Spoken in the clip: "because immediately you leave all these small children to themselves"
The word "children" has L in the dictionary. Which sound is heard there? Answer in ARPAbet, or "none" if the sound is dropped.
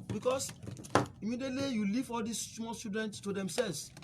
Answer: none